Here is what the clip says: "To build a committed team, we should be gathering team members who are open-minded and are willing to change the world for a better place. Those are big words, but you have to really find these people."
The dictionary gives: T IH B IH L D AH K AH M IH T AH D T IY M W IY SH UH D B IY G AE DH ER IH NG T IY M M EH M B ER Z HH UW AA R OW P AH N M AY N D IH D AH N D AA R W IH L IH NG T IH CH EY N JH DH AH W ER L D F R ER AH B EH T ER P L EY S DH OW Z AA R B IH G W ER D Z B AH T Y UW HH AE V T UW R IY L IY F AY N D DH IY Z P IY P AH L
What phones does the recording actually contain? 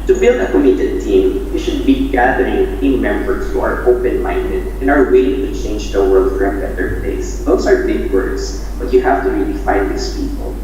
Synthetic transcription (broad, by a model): T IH B IH L D AH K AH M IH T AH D T IY M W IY SH UH D B IY G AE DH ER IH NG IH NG M EH M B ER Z HH UW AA R OW P AH N M AY N D IH D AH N AA R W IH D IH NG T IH CH EY N JH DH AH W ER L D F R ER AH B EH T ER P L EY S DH OW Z AA R B IH G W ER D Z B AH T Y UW HH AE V T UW R IY L IY F AY N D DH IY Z P IY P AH L